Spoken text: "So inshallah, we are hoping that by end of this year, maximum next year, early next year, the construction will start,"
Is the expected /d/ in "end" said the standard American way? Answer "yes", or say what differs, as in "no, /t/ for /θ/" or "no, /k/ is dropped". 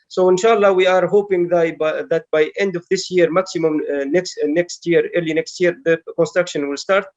yes